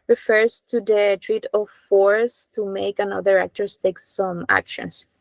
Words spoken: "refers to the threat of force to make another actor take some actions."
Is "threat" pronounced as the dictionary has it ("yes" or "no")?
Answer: no